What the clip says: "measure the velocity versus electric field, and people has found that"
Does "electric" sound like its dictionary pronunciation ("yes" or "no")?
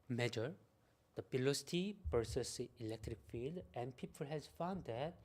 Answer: yes